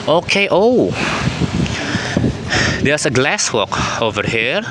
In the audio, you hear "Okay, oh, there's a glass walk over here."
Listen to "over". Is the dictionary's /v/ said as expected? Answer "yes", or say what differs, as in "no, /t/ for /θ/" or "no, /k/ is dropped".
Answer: yes